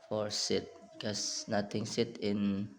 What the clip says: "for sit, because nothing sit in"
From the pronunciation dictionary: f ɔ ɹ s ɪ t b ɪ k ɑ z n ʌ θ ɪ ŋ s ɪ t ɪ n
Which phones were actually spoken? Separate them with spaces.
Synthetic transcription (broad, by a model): f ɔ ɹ s ɪ t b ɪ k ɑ s n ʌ t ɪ ŋ s ɪ t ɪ n